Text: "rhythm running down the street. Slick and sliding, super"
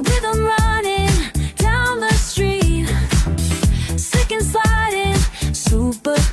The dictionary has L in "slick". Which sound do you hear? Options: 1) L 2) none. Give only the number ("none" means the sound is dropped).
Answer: 2